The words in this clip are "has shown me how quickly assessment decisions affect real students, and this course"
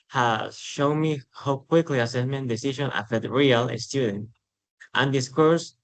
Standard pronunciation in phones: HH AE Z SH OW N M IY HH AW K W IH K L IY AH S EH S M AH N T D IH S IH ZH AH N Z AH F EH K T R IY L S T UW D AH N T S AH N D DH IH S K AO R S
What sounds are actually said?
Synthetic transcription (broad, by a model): HH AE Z SH OW N M IY HH AW K W IH K L IY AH S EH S M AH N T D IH S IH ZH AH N AH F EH T R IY L S T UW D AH N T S AH N D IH S K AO R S